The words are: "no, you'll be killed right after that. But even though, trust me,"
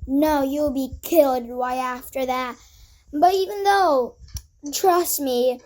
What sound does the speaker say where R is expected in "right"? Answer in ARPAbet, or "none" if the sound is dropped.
W